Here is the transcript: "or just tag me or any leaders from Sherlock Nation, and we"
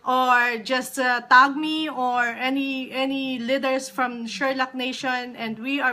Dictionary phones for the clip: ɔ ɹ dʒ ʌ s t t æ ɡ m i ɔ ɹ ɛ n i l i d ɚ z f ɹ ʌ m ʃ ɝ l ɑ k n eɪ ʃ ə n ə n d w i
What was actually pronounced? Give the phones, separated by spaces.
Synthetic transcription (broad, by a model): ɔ ɹ dʒ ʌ s t t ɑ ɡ m i ɔ ɹ ɛ n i n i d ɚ s f ɹ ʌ m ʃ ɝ l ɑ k n eɪ ʃ ə n ə n d w i